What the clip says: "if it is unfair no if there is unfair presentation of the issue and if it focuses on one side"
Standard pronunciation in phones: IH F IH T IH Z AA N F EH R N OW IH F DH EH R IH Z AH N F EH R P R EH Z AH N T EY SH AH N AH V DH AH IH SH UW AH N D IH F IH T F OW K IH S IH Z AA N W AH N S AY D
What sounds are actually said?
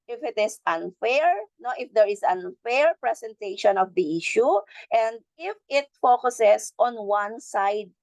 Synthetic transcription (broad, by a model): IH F IH T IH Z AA N F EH R N OW IH F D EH R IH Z AH N F EH R P R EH S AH N T EY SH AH N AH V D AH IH SH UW AH N D IH F IH T F OW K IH S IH S AA N W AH N S AY D